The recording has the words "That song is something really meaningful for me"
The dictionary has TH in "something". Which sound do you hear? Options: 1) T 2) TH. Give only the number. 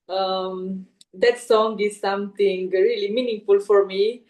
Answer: 1